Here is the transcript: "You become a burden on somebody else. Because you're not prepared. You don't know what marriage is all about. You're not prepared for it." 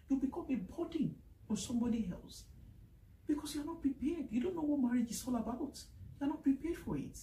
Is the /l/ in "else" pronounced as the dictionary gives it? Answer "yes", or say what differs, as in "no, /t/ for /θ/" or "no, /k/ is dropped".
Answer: yes